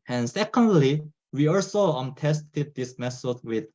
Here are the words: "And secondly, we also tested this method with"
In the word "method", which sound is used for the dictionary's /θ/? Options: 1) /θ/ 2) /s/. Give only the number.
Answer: 2